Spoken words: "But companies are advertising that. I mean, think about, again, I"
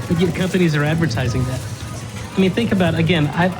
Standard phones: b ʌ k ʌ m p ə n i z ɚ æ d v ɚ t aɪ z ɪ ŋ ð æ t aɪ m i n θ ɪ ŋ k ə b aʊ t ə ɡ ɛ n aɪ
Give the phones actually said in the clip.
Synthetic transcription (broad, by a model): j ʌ k ʌ m p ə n i z ɚ æ d v ɚ t aɪ z ɪ ŋ ð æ t aɪ m i n θ ɪ ŋ k ə b aʊ t ə ɡ ɛ n aɪ